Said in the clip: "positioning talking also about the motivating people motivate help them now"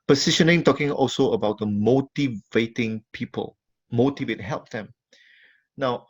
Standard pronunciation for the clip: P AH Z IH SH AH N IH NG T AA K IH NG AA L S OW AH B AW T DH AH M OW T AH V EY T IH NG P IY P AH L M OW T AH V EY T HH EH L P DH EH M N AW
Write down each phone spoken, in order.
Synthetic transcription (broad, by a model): P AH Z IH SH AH N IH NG T AA K IH NG AA L S OW AH B AW T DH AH M OW T AH V EY T IH NG P IY P AH L M OW T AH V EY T HH EH L P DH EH M N AW